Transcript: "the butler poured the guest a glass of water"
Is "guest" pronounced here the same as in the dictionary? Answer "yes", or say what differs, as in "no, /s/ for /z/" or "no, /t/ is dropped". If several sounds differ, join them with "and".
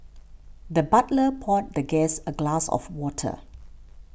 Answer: no, /t/ is dropped